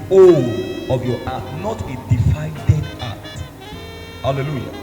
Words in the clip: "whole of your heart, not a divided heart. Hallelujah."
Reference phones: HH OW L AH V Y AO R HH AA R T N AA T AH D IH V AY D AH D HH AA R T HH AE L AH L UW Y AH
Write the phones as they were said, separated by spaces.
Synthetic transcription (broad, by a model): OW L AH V Y AO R AA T N AA T AH D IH F AY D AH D AA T HH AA L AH L UW Y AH